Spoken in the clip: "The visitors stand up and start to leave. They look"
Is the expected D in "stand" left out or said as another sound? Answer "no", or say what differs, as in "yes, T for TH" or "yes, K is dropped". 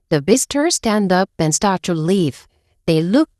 no